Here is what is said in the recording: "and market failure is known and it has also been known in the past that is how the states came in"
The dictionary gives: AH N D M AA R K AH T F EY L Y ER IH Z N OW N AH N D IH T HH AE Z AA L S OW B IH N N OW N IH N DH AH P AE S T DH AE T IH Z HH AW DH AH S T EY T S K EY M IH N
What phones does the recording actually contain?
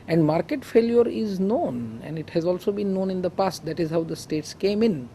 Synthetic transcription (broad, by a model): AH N D M AA R K AH T F EY L Y ER IH Z N OW N AH N D IH T HH AE Z AA L S OW B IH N N OW N IH N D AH P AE S T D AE T IH Z HH AW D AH S T EY T S K EY M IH N